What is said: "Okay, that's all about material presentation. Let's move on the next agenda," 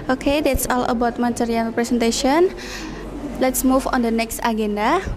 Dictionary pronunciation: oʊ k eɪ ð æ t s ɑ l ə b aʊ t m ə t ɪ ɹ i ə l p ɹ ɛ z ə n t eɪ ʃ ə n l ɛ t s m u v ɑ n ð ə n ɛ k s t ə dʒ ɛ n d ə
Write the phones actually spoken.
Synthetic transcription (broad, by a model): oʊ k eɪ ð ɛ t s ɑ l ə b aʊ t m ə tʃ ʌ ɹ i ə n p ɹ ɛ s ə n t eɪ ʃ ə n l ɛ t s m u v ɑ n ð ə n ɛ k s t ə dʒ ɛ n d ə